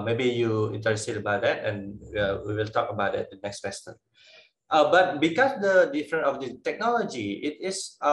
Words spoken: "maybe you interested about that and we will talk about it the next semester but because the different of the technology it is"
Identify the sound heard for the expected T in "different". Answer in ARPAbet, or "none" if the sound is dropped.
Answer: none